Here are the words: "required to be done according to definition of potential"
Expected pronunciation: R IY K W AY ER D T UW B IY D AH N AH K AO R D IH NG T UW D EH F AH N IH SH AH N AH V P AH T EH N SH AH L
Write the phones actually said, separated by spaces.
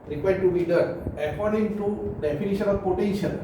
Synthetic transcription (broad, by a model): R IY K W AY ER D T UW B IY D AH AH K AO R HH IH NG T UW D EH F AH N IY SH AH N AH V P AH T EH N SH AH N